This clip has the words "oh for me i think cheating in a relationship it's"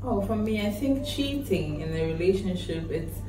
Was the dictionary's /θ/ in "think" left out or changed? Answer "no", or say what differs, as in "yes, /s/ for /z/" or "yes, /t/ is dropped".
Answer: no